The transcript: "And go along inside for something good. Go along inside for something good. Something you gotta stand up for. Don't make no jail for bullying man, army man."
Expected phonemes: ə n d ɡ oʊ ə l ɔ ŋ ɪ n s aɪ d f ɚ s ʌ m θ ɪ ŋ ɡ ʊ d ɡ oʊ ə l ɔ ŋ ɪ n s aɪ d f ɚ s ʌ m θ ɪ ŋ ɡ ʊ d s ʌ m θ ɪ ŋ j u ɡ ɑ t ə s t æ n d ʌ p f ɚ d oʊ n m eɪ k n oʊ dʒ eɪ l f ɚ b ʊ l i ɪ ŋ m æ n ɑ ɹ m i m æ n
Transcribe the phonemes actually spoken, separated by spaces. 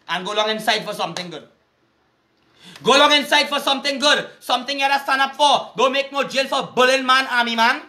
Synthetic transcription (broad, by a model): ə n ɡ oʊ l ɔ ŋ ɪ n s aɪ d f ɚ s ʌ m t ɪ ŋ ɡ ʊ d ɡ oʊ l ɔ ŋ ɪ n s aɪ d f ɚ s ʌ m t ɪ ŋ ɡ ʊ d s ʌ m t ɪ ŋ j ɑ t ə s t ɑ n ʌ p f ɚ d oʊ m eɪ k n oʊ dʒ eɪ l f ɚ b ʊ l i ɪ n m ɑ n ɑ m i m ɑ n